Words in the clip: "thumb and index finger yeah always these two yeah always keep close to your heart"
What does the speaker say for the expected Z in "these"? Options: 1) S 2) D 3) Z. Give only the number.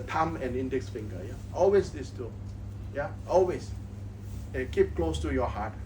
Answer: 1